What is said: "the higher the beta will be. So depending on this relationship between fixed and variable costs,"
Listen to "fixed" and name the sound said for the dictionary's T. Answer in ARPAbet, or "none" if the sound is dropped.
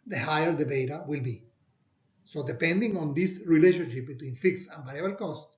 none